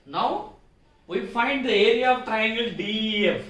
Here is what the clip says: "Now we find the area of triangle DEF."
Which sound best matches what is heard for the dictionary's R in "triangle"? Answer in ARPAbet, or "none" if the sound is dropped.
R